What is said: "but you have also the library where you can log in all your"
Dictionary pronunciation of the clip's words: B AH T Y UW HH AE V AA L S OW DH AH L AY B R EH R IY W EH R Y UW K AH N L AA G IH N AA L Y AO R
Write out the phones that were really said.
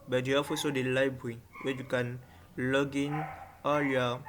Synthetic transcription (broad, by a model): B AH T Y UW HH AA F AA S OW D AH L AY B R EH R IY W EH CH Y UW K AH N L AA G IH N AA L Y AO